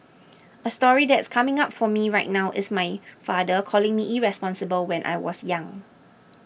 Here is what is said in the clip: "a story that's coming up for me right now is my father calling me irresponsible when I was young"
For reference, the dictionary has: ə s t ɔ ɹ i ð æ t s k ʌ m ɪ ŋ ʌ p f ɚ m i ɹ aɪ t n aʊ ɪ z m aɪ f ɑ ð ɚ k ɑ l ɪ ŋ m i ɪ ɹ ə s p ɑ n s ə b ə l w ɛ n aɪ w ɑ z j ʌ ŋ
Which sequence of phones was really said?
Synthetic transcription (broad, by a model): ə s t ɔ ɹ i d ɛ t s k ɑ m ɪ ŋ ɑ p f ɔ m i ɹ aɪ t n aʊ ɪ s m aɪ f ɑ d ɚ k ɑ l ɪ ŋ m i ɪ ɹ ə s p ɑ n s ə b ə l w ɛ n aɪ w ɑ s j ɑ ŋ